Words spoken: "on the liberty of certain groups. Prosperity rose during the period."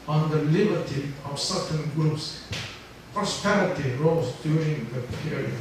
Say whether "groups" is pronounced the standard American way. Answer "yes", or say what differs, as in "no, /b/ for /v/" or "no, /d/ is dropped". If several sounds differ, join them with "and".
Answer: yes